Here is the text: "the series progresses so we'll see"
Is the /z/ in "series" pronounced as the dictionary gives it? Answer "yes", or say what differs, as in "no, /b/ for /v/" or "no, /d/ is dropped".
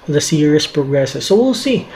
no, /s/ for /z/